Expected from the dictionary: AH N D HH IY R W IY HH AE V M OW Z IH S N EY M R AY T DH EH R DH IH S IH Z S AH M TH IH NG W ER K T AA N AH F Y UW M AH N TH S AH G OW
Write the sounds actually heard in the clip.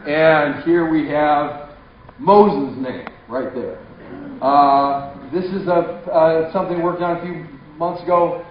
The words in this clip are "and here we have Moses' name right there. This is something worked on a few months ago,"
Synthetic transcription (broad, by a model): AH N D HH IY R W IY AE V M OW Z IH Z N EY M R AY T DH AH R DH IH S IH Z S AH M TH IH NG W ER K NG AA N AH F Y UW M AH N TH S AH G OW